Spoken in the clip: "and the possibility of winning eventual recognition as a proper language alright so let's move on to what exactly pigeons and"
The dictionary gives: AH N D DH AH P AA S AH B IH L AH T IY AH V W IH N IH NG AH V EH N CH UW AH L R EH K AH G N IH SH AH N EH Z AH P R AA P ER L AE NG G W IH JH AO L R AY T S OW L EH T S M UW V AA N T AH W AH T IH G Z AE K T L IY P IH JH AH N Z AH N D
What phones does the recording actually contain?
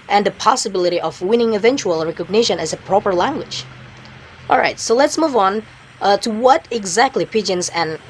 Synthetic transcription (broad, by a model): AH N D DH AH P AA S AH B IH L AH T IY AH V W IH N IH NG AH V EH N CH UW AH L R EH K AH G N IH SH AH N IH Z AH P R AA P ER L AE NG G W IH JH AO L R AY T S OW L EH T S M UW V N T AH W AH T IH G Z AE K T L IY P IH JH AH N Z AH N